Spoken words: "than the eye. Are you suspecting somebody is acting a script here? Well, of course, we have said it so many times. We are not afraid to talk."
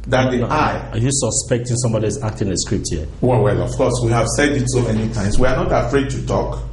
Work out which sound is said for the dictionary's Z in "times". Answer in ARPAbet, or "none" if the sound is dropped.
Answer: S